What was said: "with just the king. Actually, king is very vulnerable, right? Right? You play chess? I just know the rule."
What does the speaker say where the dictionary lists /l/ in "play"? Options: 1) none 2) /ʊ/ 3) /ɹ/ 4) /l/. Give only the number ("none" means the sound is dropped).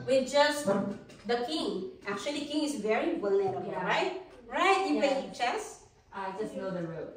1